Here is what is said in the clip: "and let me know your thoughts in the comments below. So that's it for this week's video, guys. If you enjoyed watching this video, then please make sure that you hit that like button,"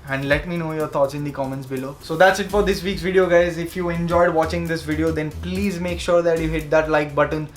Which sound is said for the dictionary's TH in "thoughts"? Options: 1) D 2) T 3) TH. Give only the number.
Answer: 2